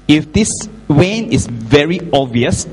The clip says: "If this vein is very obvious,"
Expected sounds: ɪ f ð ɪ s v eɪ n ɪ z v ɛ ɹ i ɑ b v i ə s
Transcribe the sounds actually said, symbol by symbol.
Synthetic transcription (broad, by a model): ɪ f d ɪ s w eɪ n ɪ s v ɛ ɹ i ɑ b v i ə s